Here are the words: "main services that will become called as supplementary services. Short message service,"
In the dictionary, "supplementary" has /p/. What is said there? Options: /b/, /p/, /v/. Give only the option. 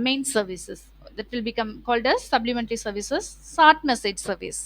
/b/